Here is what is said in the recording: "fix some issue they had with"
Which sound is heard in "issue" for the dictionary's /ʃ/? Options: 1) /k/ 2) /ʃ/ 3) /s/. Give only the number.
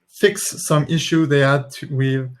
2